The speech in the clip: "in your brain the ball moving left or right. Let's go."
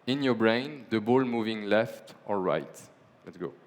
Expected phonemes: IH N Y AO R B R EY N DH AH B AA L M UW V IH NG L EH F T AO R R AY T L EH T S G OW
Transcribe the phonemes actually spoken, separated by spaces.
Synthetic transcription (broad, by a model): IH N Y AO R B R EY N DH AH B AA L M UW V IH NG L EH F T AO L R AY T L EH T S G OW